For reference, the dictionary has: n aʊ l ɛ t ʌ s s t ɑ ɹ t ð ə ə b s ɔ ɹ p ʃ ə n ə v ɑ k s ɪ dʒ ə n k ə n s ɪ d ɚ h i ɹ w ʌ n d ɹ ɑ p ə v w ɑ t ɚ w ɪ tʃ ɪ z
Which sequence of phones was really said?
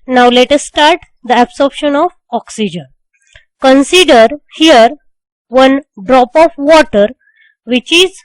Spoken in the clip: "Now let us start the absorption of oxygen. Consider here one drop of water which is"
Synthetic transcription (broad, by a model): n aʊ l ɛ t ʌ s s t ɑ ɹ t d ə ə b s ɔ ɹ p ʃ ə n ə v ɑ k s ɪ dʒ ə n k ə n s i d ɚ h i ɹ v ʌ n d ɹ ɑ p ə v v ɑ t ɚ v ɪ tʃ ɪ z